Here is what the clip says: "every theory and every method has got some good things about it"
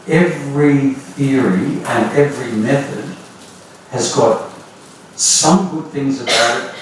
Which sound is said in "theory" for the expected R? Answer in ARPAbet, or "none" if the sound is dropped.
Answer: R